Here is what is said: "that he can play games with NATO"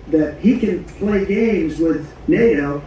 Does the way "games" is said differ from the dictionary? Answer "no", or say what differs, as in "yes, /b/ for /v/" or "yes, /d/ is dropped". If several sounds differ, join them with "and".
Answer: no